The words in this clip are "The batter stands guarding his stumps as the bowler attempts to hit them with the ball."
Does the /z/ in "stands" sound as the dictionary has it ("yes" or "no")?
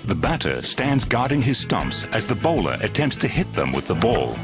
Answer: yes